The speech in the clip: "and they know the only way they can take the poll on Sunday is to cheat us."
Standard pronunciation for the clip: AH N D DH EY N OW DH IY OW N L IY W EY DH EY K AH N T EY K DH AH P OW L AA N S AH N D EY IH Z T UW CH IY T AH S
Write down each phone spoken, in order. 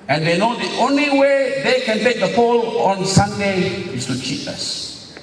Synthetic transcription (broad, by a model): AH N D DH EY N OW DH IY OW N L IY W EY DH EY K AH N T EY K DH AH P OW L AA N S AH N D EY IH S T UW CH IY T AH S